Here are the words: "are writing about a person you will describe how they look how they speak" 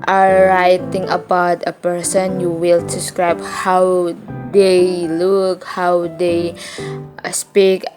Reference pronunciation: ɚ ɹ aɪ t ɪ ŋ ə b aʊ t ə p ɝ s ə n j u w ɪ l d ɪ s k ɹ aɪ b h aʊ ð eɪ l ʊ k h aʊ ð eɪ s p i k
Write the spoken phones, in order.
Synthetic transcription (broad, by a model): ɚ ɹ aɪ t ɪ ŋ ə b aʊ t ə p ɝ s ə n j u w ɪ l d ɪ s k ɹ aɪ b h aʊ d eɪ l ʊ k h aʊ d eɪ s p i k